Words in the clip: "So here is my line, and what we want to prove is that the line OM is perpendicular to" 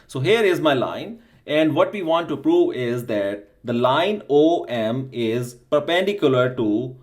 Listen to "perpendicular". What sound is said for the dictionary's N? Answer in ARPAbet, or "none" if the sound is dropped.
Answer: N